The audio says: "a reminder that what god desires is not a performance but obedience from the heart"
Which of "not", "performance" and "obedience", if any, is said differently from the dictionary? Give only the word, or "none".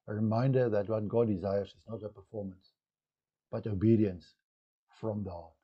none